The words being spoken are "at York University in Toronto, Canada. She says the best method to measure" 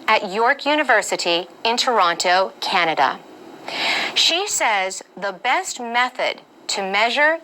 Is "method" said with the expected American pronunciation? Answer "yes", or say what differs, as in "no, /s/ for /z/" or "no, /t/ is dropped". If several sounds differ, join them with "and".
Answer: yes